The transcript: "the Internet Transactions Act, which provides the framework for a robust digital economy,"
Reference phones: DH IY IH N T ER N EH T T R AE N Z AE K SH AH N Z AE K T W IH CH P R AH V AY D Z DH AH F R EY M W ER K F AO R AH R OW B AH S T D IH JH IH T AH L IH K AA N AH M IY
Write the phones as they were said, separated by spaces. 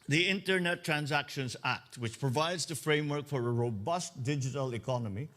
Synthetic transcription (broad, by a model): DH IY IH N T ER N EH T T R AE N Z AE K SH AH N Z AE K T W IH CH P R AH V AY D Z DH AH F R EY M W ER K F AO R AH R OW B AH S T D IH JH IH T AH L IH K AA N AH M IY